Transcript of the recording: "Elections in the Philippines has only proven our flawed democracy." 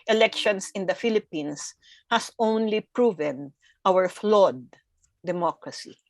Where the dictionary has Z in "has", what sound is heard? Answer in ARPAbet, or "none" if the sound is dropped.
S